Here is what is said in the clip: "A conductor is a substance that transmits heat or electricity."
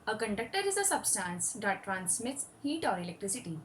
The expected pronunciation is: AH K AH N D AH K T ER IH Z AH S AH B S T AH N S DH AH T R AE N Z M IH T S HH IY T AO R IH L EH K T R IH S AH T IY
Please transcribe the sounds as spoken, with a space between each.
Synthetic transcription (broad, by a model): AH K AH N D AH K T ER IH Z AH S AH B S T AH N S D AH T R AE N S M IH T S HH IY T AO R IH L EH K T R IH S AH T IY